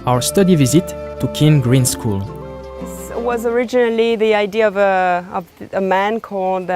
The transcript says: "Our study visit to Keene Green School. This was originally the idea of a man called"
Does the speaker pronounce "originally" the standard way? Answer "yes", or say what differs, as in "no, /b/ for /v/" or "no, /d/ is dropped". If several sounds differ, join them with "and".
yes